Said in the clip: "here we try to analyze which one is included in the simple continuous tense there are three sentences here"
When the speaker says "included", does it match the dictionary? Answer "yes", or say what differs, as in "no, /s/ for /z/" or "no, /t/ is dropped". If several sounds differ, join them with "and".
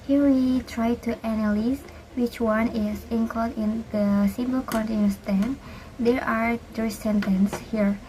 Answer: no, /l/ is dropped